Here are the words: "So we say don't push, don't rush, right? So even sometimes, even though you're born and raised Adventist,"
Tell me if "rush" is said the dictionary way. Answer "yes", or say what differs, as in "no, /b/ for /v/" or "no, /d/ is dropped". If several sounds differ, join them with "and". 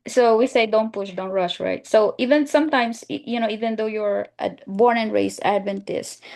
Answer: yes